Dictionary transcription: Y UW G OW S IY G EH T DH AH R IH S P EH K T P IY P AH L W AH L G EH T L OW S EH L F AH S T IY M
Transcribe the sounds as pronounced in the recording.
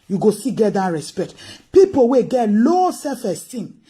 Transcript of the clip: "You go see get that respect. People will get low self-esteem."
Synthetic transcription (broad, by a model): Y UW G OW S IY G EH T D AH R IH S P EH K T P IY P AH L W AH G EH T L OW S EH F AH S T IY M